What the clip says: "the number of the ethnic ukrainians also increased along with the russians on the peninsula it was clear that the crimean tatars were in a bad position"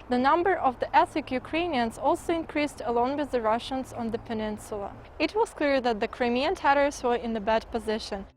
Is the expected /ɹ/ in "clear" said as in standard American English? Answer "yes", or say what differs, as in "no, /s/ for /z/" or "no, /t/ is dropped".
yes